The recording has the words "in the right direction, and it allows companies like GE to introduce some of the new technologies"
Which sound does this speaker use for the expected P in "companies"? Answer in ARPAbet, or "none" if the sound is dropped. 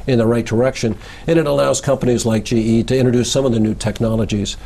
P